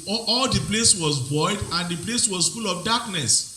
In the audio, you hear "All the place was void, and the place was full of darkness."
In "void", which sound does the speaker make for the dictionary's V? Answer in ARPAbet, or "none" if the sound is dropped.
B